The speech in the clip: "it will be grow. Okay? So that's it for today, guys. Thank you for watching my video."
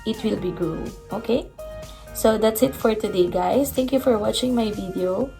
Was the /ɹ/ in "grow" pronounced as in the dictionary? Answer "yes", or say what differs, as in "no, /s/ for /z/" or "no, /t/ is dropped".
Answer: no, /l/ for /ɹ/